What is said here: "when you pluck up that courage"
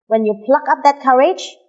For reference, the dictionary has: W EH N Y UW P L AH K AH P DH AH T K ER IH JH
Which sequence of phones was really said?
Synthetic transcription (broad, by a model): W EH N Y UW P L AH K AH P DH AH T K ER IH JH